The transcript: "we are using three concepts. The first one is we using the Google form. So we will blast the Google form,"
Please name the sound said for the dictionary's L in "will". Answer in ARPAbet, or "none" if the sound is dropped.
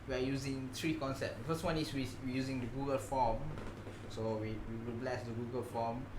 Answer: W